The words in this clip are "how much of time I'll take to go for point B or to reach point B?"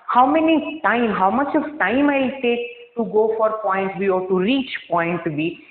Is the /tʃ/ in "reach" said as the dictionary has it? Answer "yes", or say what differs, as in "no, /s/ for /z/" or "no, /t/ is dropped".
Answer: yes